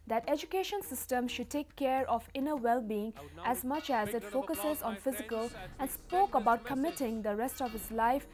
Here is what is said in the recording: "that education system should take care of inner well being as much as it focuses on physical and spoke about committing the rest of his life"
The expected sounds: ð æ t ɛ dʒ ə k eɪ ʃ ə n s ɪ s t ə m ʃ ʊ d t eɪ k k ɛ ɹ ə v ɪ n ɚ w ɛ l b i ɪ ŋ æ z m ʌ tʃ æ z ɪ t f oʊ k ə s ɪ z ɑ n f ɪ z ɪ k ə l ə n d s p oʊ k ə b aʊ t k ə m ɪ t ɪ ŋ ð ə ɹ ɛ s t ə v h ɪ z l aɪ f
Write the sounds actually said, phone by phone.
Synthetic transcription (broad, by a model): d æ t ɛ dʒ ə k eɪ ʃ ə n s ɪ s t ə m ʃ ʊ d t eɪ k k ɛ ɹ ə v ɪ n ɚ w ɛ l b i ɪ ŋ æ z m ʌ tʃ æ z ɪ t f oʊ k ə s ɪ z ɑ n f ɪ z ɪ k ə l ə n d s p oʊ k ə b aʊ t k ə m ɪ t ɪ ŋ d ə ɹ ɛ s t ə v h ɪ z l aɪ f